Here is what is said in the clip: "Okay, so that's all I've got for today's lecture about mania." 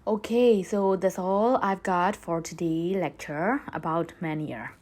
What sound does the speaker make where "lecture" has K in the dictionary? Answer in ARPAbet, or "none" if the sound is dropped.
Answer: K